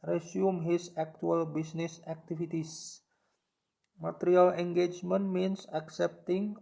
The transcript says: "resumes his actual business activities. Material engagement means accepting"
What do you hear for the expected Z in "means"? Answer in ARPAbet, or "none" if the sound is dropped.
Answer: S